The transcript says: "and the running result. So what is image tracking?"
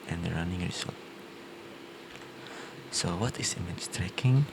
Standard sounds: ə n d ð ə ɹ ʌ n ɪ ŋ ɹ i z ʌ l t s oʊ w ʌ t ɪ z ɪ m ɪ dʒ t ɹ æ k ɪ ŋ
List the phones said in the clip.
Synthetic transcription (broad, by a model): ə n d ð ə ɹ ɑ n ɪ ŋ ɹ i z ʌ l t s oʊ w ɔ t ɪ s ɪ m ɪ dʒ t ɹ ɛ k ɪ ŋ